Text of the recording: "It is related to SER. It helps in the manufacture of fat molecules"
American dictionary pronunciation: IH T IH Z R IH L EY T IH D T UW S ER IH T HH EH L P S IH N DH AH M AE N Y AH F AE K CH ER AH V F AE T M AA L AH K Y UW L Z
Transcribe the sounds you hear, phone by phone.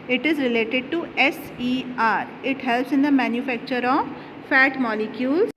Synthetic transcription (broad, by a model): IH T IH Z R IH L EY T IH D T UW S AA IH T HH EH L P S IH N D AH M AE N Y AH F AE K CH ER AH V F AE T M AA L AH K Y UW L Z